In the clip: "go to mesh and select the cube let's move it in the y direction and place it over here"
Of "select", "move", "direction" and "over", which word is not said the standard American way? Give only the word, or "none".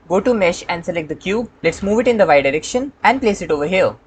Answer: none